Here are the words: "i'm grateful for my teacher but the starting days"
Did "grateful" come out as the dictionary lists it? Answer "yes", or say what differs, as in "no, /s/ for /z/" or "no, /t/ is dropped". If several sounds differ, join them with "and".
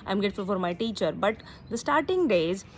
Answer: no, /ɹ/ is dropped